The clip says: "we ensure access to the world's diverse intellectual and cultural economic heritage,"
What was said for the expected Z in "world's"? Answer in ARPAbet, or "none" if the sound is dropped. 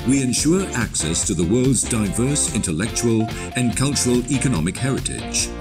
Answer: Z